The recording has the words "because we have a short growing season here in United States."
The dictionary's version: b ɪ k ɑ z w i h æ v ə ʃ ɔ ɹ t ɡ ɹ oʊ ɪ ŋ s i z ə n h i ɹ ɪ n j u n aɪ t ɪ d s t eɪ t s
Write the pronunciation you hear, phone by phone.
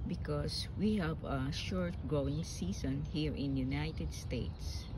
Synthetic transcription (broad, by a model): b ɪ k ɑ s w i h æ v ə ʃ ɔ ɹ t ɡ ɹ oʊ ɪ ŋ s i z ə n h i ɹ ɪ n j u n aɪ t ɪ d s t eɪ t s